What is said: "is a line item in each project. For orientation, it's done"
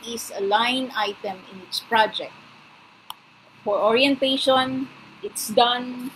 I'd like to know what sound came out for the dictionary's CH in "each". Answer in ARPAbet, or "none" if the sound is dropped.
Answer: S